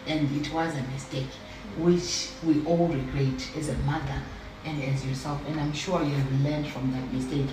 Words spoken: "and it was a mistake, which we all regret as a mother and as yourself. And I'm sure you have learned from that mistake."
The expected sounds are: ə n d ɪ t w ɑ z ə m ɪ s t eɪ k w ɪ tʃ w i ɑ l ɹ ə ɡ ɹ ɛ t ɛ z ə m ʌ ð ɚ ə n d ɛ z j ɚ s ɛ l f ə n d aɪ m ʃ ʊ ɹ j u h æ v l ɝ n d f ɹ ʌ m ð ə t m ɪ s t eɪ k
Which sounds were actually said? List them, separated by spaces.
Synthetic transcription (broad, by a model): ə n d ɪ t w ɑ z ə m ɪ s t eɪ k w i tʃ w i ɑ l ɹ ə ɡ ɹ ɛ t ɛ z ə m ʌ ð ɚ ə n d ɛ z j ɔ s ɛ l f ə n d aɪ m ʃ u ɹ j u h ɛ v l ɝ n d f ɹ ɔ m ð ə t m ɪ s t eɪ k